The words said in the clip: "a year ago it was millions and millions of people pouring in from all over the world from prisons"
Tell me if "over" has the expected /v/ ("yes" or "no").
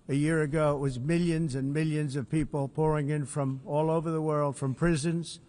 yes